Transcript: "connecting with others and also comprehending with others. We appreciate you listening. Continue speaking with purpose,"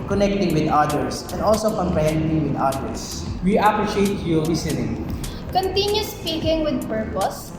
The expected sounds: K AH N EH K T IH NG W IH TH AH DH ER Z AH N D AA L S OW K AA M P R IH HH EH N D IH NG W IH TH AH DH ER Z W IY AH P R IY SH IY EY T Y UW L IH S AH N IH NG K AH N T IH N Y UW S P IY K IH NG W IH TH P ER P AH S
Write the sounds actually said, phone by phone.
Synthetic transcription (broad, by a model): K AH N EH K T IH NG W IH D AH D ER S AH N D AA L S OW K AA M P R IH HH EH N D IH NG W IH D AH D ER S W IY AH P R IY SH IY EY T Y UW W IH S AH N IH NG K AH N T IH N Y UW S P IY K IH NG W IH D P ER P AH S